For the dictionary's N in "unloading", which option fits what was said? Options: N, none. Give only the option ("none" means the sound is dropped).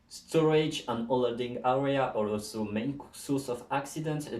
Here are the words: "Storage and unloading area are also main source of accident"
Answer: none